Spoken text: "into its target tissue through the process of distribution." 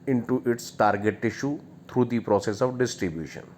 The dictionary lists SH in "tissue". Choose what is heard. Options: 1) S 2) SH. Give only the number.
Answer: 2